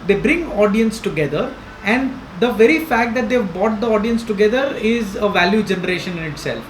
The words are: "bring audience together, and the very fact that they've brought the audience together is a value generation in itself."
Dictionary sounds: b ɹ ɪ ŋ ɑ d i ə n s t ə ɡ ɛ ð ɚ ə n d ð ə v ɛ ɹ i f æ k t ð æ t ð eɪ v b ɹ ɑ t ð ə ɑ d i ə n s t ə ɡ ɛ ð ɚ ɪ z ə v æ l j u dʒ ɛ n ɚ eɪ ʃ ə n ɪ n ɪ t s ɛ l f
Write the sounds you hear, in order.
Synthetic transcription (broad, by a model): b ɹ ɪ ŋ ɑ d i ə n s t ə ɡ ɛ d ɚ ə n d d ə v ɛ ɹ i f æ k t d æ t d eɪ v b ɑ t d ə ɑ d i ə n s t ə ɡ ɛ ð ɚ ɪ z ə v æ l j u dʒ ɛ n ɚ eɪ ʃ ə n ɪ n ɪ t s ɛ l f